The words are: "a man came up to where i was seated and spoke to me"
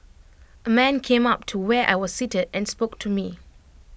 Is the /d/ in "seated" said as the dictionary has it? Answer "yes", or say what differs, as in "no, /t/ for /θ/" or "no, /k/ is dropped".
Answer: yes